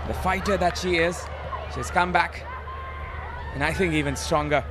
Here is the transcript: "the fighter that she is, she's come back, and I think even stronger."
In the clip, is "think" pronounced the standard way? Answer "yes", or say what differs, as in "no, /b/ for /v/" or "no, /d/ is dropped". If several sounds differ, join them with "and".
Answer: yes